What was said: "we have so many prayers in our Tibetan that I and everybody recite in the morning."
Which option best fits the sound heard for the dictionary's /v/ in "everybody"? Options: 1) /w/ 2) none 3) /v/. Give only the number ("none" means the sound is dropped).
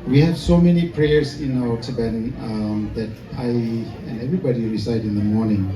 3